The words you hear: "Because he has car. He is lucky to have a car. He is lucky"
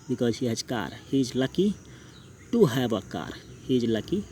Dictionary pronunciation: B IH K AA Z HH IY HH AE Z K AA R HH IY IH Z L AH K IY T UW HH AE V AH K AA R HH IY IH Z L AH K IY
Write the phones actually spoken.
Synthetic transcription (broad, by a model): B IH K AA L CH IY HH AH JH K AA R HH IY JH L AH K IY T UW HH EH B AH K AA R HH IY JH L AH K IY